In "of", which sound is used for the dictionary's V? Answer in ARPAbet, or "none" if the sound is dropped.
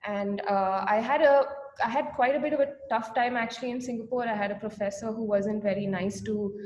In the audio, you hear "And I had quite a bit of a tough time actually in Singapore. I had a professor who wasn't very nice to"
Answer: V